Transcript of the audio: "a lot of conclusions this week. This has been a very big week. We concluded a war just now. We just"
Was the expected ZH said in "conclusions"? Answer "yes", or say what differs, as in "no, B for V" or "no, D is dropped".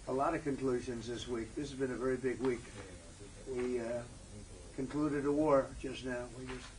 yes